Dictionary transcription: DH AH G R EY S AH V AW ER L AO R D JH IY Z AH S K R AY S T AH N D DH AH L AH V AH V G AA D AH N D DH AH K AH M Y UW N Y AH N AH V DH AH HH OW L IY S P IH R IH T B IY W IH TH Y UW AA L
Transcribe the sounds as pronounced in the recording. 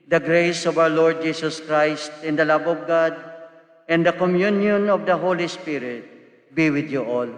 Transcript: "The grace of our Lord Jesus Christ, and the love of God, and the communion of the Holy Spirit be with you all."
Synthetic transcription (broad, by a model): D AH G R EY S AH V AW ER L AO R D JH IY S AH S K R AY S T AH N D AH L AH B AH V G AA D AH N D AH K AH M Y UW N Y AH N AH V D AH HH OW L IY S P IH R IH T B IY W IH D Y UW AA L